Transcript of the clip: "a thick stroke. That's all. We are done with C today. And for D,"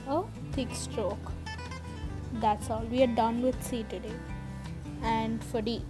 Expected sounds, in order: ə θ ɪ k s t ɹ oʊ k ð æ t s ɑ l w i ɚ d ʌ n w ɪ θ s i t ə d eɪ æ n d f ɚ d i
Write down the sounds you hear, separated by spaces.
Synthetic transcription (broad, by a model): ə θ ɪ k s t ɹ oʊ k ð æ t s ɑ l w i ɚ d ʌ n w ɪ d s i t ə d eɪ æ n d f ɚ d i